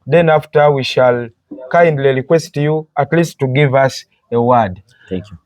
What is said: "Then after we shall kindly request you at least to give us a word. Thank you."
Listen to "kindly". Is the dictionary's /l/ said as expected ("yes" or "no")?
yes